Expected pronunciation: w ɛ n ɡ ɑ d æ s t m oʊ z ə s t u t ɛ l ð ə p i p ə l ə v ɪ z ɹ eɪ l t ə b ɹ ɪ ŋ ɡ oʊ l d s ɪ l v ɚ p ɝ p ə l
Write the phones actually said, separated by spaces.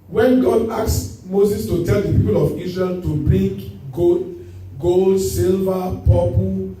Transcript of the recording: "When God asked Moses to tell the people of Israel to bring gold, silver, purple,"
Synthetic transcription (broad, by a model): w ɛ n ɡ ɑ d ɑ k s m oʊ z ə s t u t ɛ l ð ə p i p ə l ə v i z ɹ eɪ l t ə b ɹ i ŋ ɡ oʊ l d s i l v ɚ p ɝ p